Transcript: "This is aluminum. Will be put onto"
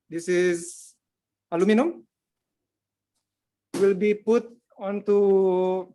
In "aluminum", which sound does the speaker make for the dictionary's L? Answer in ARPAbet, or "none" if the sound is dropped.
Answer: L